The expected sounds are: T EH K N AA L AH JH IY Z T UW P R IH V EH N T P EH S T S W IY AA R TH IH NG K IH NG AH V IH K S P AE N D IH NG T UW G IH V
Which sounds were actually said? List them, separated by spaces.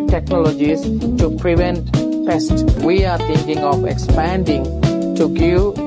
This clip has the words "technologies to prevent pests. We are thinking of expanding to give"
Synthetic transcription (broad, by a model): T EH K N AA L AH JH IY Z T UW P R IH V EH N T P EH S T W IY AA R T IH NG K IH NG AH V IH K S P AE N D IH NG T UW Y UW